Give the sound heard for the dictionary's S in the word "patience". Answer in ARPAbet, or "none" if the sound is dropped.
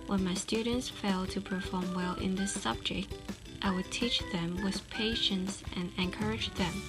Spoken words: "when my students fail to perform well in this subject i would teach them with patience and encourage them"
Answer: S